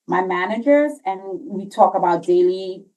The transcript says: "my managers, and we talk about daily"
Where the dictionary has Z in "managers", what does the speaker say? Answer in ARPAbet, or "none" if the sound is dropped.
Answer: Z